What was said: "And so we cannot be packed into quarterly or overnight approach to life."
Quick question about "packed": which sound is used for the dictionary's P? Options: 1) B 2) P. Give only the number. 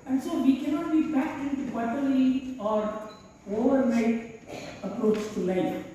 1